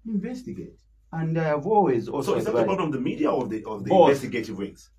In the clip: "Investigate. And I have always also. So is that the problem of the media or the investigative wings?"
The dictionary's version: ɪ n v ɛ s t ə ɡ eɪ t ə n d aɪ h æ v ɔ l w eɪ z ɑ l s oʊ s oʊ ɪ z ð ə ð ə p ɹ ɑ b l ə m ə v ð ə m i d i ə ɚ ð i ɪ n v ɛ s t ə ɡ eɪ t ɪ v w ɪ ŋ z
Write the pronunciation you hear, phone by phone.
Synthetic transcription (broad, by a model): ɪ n v ɛ s t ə ɡ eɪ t ə n d aɪ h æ v ɔ l w eɪ z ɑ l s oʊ s oʊ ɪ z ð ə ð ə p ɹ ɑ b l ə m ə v ð ə m i d i ə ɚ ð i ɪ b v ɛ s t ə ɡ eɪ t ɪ v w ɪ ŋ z